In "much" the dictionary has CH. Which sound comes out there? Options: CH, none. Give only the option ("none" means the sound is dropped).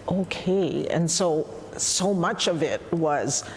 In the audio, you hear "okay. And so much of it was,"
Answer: CH